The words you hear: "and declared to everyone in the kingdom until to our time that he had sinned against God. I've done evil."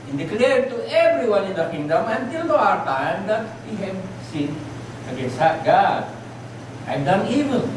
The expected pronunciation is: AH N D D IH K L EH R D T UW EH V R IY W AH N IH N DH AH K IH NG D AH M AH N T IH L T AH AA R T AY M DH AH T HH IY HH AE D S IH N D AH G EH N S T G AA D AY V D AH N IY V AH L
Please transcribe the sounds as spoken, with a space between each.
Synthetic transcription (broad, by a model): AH N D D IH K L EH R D T UW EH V R IY W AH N IH N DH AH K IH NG D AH M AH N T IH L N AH AA R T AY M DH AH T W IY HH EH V S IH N AH G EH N S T G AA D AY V D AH N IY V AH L